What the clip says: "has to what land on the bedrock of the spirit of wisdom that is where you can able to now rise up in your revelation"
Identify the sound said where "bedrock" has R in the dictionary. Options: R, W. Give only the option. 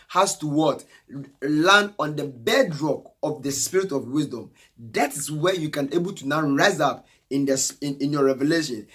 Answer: R